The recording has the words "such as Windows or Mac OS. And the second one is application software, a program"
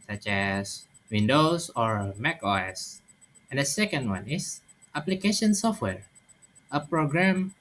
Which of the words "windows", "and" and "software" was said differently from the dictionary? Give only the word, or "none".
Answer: windows